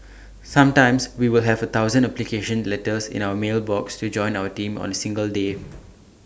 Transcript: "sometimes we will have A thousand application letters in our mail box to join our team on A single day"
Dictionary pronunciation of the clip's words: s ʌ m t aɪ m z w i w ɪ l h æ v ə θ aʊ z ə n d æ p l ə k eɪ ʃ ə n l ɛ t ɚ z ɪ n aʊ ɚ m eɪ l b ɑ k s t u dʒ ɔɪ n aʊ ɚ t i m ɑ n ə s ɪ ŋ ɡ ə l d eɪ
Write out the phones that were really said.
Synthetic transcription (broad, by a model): s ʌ m t aɪ m s w i w ɪ l h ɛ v ə t aʊ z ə n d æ p l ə k eɪ ʃ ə n l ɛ t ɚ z ɪ n aʊ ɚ m eɪ l b ɑ k s t u dʒ ɔɪ n aʊ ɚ t i m ɑ n ə s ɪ ŋ ɡ ə l d eɪ